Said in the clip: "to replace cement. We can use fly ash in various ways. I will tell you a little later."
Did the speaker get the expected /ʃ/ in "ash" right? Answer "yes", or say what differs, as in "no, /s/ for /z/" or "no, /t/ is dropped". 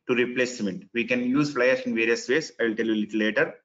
no, /s/ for /ʃ/